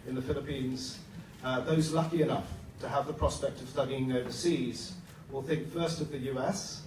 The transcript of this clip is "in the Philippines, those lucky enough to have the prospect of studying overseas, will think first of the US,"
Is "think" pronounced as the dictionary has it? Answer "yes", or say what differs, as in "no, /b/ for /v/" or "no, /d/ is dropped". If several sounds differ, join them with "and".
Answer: yes